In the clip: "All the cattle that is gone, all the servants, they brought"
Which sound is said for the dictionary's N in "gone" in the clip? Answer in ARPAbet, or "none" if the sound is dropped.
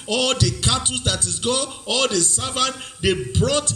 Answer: none